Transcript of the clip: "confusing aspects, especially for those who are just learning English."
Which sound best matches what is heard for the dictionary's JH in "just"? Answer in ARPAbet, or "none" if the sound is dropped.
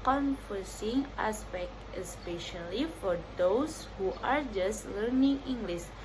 JH